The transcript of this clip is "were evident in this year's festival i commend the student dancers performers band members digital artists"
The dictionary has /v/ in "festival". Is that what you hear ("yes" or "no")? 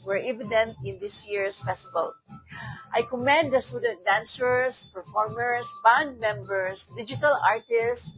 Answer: no